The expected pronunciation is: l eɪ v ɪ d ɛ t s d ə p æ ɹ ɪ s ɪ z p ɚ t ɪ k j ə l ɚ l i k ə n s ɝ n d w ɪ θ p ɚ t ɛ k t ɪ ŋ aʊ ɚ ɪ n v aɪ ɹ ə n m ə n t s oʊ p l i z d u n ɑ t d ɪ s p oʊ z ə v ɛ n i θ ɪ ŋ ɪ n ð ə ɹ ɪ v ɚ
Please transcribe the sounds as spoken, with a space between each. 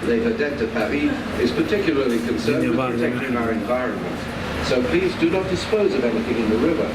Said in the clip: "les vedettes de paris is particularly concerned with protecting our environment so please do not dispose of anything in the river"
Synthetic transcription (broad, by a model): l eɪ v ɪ d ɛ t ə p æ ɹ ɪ ɪ z p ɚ t ɪ k j l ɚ l i k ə n s ɝ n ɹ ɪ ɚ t ɛ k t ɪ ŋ aʊ ɚ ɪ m v aɪ ɹ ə n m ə n t s oʊ p l i z d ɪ n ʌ t d ɪ s p oʊ z ə v ɛ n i θ ɪ ŋ ɪ n ð ə ɹ ɪ v ɚ